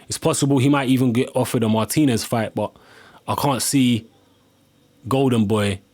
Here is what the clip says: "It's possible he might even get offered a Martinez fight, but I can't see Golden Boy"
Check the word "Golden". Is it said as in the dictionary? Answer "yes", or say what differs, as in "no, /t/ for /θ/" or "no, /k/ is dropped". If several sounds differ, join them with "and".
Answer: yes